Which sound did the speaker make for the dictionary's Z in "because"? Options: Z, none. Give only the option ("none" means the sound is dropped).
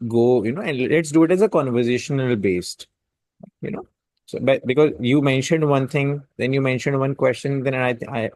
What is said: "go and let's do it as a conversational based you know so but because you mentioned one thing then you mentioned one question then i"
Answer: Z